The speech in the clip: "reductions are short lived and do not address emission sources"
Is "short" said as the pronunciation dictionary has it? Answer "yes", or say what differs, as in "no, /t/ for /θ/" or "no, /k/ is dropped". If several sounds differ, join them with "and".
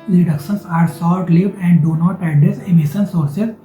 no, /s/ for /ʃ/